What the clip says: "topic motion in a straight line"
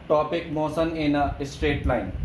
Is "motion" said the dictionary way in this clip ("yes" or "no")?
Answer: no